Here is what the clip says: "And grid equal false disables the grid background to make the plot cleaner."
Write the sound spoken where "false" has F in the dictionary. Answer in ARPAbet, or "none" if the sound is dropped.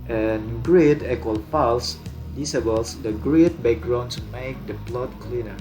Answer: P